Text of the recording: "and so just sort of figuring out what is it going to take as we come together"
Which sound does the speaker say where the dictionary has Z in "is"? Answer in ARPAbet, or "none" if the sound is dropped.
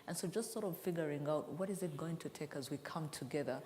Z